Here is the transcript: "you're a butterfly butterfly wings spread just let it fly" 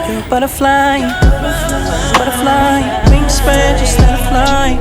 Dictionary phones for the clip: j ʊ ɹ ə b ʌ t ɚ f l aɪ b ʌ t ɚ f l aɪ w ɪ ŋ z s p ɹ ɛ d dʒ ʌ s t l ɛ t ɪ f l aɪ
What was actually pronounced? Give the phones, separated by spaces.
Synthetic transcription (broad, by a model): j ə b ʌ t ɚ f l aɪ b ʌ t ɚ f l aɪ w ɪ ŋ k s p ɛ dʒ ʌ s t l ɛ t ɪ f l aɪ